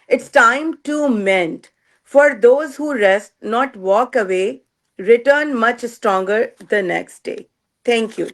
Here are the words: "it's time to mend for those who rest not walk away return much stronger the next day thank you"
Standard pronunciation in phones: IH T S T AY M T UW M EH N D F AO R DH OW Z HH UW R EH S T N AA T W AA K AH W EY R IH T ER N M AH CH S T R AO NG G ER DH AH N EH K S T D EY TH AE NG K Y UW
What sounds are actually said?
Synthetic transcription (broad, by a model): IH T S T AY M T UW M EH N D F AO R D OW Z HH UW R EH S T N AA T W AA K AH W EY R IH T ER N M AH CH S T R AO NG G ER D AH N EH K S T D EY T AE NG K Y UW